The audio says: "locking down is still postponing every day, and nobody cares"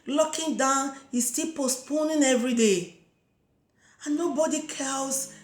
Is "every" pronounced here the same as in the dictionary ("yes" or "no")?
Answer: yes